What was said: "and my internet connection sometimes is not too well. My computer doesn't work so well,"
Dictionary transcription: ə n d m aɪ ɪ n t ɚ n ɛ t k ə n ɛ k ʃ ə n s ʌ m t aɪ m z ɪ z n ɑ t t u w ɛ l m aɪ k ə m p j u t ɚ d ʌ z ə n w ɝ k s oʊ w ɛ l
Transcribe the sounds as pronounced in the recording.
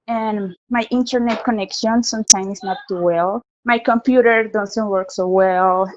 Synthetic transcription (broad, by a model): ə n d m aɪ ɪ n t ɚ n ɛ t k ə n ɛ k ʃ ə n s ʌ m t aɪ m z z n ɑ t t u w ɛ l m aɪ k ə m p j u t ɚ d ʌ s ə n w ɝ k s oʊ w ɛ l